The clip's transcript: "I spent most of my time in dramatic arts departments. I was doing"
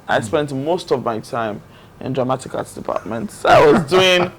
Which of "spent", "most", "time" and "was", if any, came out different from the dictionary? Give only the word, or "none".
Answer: none